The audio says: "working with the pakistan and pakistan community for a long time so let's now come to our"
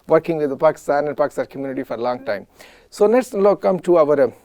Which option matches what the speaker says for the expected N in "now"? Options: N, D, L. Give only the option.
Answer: L